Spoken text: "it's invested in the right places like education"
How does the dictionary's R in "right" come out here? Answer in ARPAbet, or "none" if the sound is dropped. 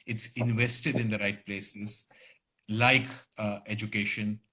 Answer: R